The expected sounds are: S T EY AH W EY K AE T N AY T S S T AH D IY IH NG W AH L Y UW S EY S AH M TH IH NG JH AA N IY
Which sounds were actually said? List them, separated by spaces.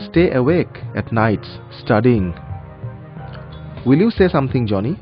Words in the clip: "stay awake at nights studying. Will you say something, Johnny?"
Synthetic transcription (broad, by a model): S T EY AH W EY K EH T N AY T S S T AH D IY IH NG W AH L Y UW S EY S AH M T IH NG JH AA N IY